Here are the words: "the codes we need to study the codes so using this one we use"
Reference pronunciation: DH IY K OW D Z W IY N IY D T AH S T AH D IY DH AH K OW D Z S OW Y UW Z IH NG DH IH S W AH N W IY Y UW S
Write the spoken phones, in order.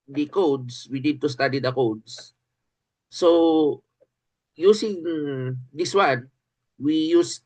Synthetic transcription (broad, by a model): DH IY K OW D S W IY N IY D T AH S T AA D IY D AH K OW D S S OW Y UW S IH NG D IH S W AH N W IY Y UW S